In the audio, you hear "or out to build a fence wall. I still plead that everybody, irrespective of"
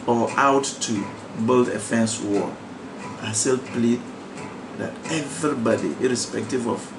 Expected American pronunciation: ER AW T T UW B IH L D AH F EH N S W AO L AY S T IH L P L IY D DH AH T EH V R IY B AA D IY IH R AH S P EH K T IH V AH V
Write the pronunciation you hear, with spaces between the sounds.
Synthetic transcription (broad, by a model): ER AW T T UW B IH L D AH F EH N S W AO AY S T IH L P L IY D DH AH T EH V R IY B AA D IY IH R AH S P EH K T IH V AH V